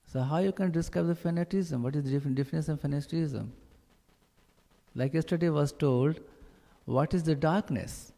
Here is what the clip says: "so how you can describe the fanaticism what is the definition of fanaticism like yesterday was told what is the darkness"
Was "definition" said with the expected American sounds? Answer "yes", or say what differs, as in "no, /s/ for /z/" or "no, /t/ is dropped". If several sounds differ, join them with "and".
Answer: no, /s/ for /ʃ/